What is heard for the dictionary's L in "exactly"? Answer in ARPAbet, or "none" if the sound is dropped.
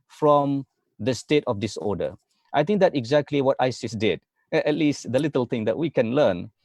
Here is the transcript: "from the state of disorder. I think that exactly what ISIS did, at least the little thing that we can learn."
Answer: L